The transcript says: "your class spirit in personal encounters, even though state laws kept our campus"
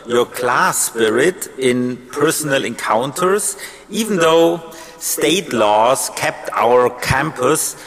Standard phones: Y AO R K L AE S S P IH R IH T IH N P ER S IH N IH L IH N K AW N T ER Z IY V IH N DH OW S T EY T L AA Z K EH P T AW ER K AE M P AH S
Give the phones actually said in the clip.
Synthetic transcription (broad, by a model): Y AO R K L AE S S P IH R IH T IH N P ER S IH N IH L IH N K AW N T ER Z IY V N DH OW S T EY T L AA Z K EH P T AW ER K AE M P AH S